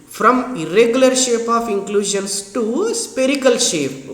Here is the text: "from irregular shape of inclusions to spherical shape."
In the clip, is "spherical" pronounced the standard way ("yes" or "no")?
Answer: no